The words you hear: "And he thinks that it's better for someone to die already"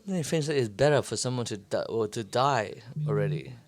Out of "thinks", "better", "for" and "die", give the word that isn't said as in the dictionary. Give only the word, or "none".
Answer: thinks